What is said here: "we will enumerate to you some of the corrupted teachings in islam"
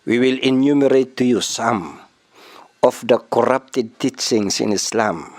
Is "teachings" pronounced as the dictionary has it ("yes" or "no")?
no